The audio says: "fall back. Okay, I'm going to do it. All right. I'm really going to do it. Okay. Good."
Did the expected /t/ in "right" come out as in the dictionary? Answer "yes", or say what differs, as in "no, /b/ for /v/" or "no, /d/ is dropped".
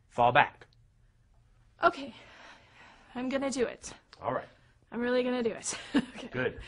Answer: yes